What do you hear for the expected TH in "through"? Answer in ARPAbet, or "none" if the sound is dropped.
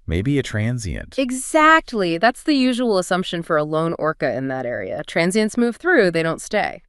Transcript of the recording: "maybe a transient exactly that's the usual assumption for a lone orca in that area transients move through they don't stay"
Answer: TH